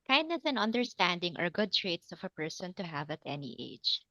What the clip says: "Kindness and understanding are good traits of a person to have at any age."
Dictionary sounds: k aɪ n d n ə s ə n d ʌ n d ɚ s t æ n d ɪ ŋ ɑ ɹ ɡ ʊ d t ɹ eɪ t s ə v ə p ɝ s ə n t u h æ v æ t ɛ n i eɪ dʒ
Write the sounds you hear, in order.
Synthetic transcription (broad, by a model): k aɪ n d n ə s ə n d ʌ n d ɚ s t æ n d ɪ ŋ ɑ ɹ ɡ ʊ d t ɹ eɪ t s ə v ə p ɝ s ə n t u h æ v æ t ɛ n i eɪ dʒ